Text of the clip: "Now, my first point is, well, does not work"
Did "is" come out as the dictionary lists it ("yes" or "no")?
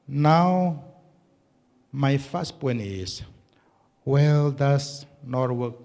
no